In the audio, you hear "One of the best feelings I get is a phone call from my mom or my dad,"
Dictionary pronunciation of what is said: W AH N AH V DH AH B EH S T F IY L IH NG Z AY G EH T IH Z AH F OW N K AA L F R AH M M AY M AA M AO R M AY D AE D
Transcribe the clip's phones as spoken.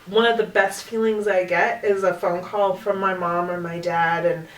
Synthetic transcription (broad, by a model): W AH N AH V DH AH B EH S T F IY L IH NG Z AY G EH T IH Z AH F OW N K AA L F R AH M M AY M AA M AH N M AY D AE D